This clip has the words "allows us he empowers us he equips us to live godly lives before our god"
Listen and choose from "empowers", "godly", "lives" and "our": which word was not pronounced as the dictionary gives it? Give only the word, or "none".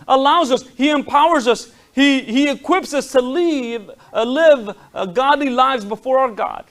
none